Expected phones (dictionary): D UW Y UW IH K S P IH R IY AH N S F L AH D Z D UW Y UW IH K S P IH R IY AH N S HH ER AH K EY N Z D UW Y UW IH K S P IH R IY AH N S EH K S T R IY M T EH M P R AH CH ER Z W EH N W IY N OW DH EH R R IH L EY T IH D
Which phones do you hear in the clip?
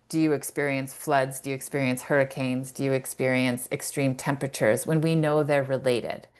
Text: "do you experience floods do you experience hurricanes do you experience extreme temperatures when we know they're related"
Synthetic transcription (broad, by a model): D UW Y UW IH K S P IH R IY AH N S F L AH D Z D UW Y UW IH K S P IH R IY AH N S HH ER AH K EY N Z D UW Y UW IH K S P IH R IY AH N S EH K S T R IY M T EH M P R AH CH ER Z W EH N W IY N OW DH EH R R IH L EY T IH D